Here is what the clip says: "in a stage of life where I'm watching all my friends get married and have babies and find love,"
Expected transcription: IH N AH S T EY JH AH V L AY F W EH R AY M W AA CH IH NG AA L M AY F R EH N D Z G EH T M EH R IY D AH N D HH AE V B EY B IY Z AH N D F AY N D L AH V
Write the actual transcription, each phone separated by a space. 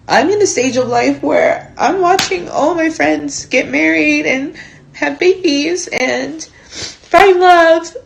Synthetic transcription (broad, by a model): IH N AH S T EY JH AH V L AY F W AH R AY M W AA CH IH NG AA L M AY F R EH N D Z G EH T M EH R IY D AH N HH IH V B EY B IY Z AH N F AY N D L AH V